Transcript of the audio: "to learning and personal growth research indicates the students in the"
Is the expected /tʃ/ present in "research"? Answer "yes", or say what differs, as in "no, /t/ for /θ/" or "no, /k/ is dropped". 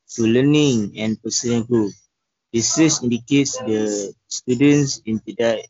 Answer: no, /s/ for /tʃ/